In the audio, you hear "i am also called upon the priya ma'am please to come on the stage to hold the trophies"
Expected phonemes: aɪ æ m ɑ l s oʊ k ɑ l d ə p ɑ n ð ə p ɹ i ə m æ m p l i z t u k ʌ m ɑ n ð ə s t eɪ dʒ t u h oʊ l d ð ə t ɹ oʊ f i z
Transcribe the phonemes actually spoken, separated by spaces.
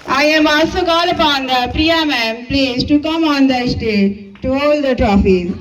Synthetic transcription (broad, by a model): aɪ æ m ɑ s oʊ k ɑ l ə p ɑ n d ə p ɹ i ə m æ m p l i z t u k ʌ m ɑ n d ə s t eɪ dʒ t u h oʊ l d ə t ɹ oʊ f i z